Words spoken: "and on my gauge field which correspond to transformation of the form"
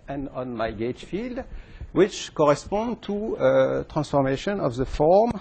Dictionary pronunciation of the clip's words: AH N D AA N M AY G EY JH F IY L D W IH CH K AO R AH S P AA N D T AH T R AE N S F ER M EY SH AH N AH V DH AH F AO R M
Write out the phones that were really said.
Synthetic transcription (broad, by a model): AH N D AA N M AY G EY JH F IY L D W IH CH K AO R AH S P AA N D T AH T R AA N S F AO M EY SH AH N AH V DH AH F AO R M